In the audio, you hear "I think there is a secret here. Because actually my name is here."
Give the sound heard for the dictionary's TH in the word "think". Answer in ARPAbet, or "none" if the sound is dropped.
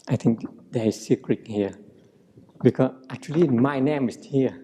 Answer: T